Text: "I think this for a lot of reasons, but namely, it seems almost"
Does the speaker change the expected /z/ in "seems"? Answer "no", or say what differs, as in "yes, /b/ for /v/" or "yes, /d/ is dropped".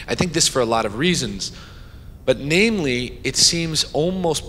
no